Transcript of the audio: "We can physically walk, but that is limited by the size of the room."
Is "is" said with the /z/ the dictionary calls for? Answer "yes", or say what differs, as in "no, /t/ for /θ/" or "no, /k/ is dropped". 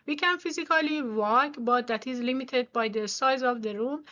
yes